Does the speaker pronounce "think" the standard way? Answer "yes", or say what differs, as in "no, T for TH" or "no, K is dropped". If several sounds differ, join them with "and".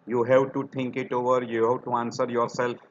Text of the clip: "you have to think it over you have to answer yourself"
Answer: no, T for TH